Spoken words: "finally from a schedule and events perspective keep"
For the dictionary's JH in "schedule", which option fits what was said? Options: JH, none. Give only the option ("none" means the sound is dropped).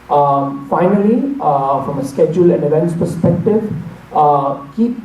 JH